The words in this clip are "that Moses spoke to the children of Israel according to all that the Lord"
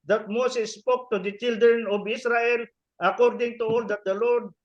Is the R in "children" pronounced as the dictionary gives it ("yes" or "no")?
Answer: yes